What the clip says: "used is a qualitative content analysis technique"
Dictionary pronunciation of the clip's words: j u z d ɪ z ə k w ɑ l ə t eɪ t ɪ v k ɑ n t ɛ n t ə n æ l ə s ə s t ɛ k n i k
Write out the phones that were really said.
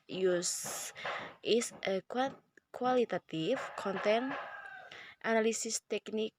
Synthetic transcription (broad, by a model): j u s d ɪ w ə k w ɑ l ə t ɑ t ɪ f k ɑ n t ɛ n t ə n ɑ l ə s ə s t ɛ k n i k